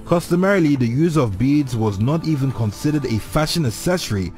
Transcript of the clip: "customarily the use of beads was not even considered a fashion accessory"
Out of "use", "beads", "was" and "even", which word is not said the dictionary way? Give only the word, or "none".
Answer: none